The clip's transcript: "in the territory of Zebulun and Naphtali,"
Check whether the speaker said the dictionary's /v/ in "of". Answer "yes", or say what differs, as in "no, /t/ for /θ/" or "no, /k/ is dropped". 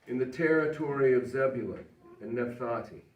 yes